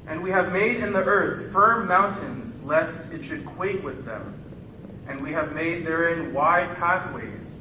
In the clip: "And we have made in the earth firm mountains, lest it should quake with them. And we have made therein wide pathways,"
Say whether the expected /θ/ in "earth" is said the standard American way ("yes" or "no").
yes